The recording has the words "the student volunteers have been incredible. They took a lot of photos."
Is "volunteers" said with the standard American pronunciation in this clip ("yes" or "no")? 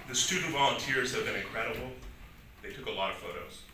yes